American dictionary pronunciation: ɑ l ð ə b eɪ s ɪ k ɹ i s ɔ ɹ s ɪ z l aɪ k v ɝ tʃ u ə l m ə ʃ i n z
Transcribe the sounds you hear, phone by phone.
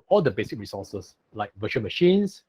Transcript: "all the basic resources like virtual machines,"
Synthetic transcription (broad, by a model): ɑ l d ə b eɪ s ɪ k ɹ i s ɔ s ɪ s l aɪ k v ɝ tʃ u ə n m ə ʃ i n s